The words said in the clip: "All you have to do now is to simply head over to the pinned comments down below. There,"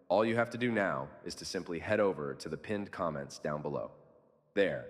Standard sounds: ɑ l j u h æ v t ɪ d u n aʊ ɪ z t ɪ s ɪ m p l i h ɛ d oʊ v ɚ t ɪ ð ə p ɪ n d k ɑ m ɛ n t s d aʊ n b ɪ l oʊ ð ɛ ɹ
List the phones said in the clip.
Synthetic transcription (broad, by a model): ɑ l j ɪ h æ f t ɪ d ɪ n aʊ ɪ z t ɪ s ɪ m p l i h ɛ d oʊ v ɚ t ɪ ð ə p ɪ n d k ɑ m ɛ n t s d aʊ n b ɪ l oʊ ð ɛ ɹ